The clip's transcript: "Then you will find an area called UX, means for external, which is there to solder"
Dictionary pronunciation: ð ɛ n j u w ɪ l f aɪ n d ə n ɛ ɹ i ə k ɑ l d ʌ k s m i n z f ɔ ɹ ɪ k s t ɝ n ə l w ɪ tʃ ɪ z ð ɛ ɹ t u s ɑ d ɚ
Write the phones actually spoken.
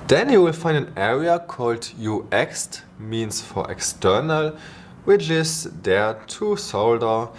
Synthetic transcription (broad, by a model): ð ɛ n j u w ɪ l f aɪ n d ə n ɛ ɹ i ə k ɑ l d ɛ k s m i n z f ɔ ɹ ɪ k s t ɝ n ə l w ɪ tʃ ɪ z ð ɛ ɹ t u s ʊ d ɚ